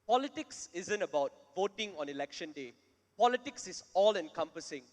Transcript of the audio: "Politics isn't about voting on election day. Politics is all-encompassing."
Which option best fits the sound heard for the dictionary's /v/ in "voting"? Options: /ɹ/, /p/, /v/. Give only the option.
/v/